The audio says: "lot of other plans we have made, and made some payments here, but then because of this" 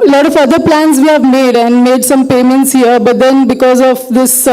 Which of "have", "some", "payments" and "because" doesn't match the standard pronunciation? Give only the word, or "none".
none